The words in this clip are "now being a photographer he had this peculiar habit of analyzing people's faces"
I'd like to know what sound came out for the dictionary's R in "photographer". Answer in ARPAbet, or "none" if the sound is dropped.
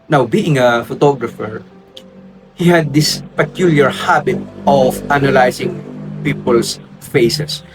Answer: R